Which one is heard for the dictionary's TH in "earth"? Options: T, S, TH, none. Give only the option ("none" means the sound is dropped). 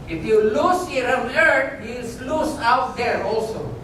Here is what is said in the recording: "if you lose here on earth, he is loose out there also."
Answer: T